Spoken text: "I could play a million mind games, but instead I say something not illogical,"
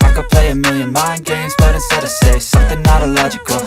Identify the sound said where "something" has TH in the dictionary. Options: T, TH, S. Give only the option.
TH